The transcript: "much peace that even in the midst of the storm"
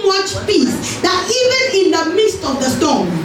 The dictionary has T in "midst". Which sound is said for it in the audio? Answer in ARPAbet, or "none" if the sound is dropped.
T